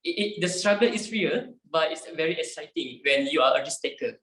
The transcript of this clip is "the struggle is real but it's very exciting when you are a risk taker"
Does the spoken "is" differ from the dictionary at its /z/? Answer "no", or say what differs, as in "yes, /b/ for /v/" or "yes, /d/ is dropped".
yes, /s/ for /z/